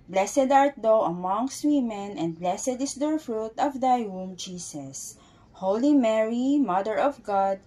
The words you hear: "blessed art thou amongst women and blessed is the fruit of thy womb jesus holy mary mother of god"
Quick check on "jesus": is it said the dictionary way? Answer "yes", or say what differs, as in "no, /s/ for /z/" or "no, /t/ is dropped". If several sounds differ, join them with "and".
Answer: no, /s/ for /z/